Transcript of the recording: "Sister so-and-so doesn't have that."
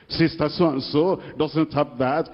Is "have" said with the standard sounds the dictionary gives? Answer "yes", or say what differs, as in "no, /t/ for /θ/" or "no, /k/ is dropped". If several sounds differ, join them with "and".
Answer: no, /p/ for /v/